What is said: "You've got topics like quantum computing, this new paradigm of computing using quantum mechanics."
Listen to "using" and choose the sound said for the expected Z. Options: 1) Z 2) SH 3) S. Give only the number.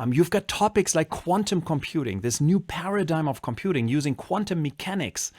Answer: 1